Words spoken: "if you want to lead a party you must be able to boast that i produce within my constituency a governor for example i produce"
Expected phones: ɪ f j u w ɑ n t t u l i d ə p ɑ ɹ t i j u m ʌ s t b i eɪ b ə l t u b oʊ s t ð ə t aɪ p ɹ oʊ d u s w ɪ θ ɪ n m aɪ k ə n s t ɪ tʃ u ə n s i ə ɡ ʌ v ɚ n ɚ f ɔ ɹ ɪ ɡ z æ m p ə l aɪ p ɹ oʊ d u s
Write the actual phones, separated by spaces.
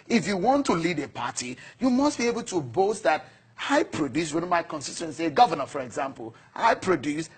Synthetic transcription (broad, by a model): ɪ f j u w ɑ n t t u l i d ə p ɑ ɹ t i j u m ʌ s t b i eɪ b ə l t u b oʊ s t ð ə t aɪ p ɹ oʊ d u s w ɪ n m aɪ k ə n s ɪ s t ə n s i ə ɡ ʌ v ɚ n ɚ f ɔ ɹ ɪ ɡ z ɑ m p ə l aɪ p ɹ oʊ d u s